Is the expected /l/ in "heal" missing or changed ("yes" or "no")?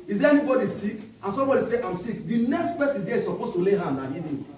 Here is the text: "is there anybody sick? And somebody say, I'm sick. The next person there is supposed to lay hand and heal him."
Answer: yes